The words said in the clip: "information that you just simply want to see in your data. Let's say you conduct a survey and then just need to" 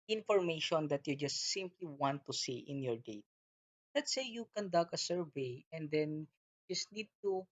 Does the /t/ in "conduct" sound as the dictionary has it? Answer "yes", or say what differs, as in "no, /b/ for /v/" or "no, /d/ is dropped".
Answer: no, /t/ is dropped